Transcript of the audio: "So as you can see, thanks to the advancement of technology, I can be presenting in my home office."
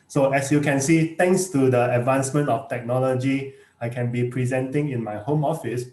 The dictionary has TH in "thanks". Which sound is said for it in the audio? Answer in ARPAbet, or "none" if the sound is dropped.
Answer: T